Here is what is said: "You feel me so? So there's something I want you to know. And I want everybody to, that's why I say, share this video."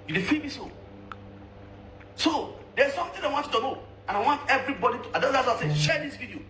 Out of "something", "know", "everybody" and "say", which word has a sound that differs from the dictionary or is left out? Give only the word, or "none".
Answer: something